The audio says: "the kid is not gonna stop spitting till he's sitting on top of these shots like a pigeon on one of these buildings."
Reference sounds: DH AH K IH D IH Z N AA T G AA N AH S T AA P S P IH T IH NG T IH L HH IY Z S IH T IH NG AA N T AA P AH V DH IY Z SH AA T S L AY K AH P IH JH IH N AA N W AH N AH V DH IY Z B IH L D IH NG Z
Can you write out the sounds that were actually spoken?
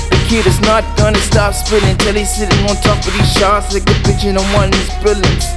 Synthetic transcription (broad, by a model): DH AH K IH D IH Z N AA T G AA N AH S T AA P S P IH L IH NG T IH L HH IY S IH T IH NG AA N T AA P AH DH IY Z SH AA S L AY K AH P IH CH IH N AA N W AH N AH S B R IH L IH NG